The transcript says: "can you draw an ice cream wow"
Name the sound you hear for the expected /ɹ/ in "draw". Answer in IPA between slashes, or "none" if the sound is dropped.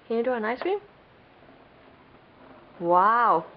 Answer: none